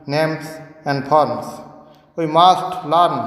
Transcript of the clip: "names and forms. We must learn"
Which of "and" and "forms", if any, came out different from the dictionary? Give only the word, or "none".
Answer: forms